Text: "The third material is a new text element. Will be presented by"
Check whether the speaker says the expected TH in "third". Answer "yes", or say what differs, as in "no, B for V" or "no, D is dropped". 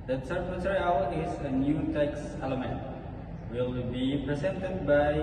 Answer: no, S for TH